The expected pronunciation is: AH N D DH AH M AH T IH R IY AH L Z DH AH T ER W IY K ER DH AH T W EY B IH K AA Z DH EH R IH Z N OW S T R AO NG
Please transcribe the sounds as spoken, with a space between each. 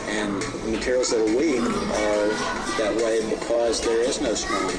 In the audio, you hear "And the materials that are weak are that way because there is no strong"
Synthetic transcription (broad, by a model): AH N DH AH M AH T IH R IY L Z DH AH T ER W IY K ER DH AH T W EY B IH K AA Z DH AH R IH Z N OW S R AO